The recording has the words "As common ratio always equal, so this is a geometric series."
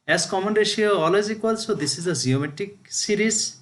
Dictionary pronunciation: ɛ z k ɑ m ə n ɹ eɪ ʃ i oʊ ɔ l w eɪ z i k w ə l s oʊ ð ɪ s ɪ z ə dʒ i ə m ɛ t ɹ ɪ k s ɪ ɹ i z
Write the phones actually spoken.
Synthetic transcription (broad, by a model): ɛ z k ɑ m ə n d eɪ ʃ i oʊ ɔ l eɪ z i k w ə l s oʊ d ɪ s ɪ z ə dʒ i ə m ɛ t ɪ k s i ɹ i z